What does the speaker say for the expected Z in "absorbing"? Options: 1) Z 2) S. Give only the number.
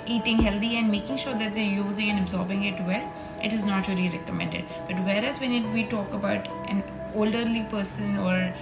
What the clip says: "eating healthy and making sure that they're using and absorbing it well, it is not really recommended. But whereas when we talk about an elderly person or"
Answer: 1